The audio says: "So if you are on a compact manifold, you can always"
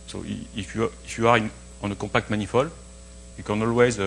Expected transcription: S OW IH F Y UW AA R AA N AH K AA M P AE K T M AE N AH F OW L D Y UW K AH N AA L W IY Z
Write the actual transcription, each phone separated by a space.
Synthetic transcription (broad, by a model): S OW IH F Y UW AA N AA N AH K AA P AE K T M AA N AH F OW L Y UW K AH N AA L W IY Z